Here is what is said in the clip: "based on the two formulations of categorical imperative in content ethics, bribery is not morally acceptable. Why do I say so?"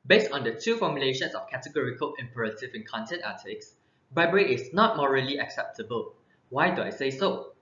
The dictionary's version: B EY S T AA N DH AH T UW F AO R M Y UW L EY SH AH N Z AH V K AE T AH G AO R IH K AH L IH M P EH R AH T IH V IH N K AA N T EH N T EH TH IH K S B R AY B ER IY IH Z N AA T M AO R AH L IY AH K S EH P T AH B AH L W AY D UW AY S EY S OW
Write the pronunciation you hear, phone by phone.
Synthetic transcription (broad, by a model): B EY S T AA N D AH T UW F AO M Y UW L EY SH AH N S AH F K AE T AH G AO R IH K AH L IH M P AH R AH T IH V IH N K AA N T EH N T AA T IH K S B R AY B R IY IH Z N AA T M AO R AH L IY AH K S EH P T AH B AH L W AY D UW AY S EY S OW